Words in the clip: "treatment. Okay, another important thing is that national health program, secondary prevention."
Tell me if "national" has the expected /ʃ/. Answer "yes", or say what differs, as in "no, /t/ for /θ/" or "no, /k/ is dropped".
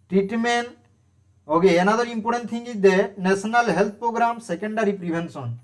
no, /s/ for /ʃ/